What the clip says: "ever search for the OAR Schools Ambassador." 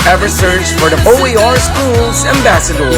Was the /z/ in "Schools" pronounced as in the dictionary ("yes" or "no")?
yes